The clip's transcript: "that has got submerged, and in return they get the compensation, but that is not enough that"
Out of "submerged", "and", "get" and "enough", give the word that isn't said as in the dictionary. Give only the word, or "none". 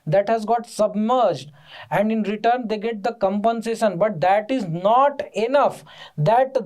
none